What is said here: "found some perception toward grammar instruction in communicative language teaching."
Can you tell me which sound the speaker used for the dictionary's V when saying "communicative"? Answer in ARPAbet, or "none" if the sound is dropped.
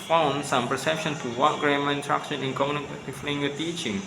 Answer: F